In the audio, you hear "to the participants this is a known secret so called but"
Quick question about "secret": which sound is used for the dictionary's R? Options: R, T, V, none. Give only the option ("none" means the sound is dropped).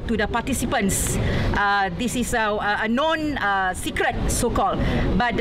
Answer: R